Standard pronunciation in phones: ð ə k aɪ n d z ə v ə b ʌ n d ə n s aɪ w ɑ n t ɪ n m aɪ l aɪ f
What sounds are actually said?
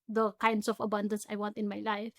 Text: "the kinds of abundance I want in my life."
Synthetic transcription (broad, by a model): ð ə k aɪ n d s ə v ə b ʌ n d ə n s aɪ w ɑ n t ɪ n m aɪ l aɪ f